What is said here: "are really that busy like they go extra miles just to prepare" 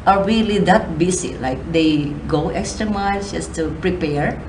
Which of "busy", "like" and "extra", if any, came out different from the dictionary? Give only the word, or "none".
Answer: busy